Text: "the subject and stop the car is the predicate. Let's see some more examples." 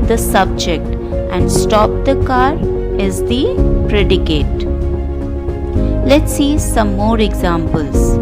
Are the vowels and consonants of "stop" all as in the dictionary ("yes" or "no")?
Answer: yes